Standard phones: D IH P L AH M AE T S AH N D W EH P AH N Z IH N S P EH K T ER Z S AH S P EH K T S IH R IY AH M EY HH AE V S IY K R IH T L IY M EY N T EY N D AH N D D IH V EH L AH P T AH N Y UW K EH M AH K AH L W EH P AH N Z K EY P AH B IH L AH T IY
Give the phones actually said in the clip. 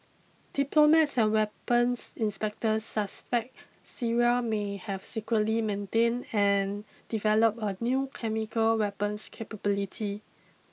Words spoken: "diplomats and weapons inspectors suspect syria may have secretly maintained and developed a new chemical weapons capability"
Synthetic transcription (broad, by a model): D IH P L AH M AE T S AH N W EH P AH N S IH N S P EH K T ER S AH S P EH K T S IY R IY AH M EY HH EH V S IY K R IH T L IY M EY N T EY N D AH N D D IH V EH L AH P AH N Y UW K EH M AH K AH L W EH P AH N S K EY P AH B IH L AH T IY